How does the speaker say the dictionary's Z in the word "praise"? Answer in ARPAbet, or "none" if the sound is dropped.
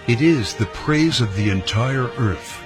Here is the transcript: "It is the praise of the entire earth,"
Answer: Z